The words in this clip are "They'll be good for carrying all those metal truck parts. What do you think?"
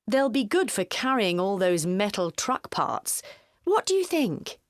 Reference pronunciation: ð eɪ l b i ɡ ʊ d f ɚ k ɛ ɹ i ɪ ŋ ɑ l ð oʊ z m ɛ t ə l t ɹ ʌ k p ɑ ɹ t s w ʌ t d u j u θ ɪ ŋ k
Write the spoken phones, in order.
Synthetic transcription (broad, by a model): ð eɪ l b i ɡ ʊ d f ɚ k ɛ ɹ i ɪ ŋ ɑ l ð oʊ z m ɛ t l t ɹ ʌ k p ɑ ɹ t s w ʌ t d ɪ j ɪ θ ɪ ŋ k